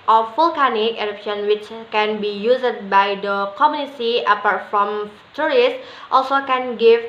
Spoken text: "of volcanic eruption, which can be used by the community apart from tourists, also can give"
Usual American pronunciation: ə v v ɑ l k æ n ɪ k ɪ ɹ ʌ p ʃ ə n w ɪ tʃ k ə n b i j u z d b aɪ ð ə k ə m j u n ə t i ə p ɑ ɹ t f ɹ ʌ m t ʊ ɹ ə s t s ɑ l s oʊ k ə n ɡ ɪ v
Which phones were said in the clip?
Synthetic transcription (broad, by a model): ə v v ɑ l k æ n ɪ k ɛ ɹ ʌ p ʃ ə n w ɪ tʃ k ə n b i j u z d b aɪ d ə k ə m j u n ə s i ə p ɑ ɹ t f ɹ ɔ m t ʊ ɹ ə s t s ɑ l s oʊ k ə n ɡ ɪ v